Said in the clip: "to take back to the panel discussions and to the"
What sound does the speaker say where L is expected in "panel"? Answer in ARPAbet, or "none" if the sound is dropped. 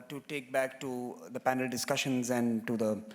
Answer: L